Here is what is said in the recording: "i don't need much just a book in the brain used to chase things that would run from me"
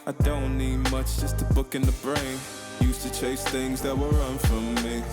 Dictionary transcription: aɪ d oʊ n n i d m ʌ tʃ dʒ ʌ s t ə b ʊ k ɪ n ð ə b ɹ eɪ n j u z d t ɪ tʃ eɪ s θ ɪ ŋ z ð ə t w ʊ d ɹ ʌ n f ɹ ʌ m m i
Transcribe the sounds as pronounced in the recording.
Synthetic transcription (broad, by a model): aɪ d oʊ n n i d m ʌ tʃ dʒ ʌ s t ə b ʊ k ɪ n ð ə b ɹ eɪ n j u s t ɪ tʃ eɪ s θ ɪ ŋ z ð ə t w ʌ ɹ ʌ n f ɹ ʌ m m i